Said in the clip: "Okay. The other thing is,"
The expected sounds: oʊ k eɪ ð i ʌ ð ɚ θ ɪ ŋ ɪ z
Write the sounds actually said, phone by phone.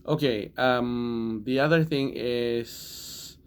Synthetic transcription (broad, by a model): oʊ k eɪ ð i ʌ ð ɚ θ ɪ ŋ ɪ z